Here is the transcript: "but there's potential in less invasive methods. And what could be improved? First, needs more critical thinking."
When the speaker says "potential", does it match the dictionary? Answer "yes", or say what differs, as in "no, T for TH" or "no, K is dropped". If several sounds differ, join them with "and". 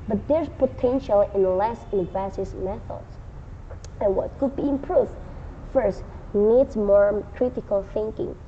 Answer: yes